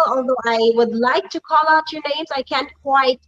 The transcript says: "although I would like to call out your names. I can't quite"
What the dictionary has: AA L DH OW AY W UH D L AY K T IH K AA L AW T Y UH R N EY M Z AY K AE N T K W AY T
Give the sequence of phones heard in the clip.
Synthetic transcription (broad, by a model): AA L DH OW AY W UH D L AY K T IH K AA L AW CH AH R N EY M Z AY K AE N K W AY T